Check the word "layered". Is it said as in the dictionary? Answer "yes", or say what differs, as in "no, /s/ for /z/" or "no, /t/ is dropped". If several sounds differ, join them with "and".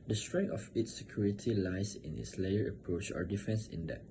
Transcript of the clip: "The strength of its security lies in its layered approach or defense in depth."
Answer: no, /d/ is dropped